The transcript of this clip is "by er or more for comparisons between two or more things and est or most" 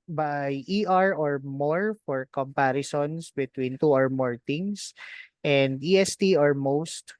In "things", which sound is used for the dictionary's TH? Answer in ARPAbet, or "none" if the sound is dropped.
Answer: T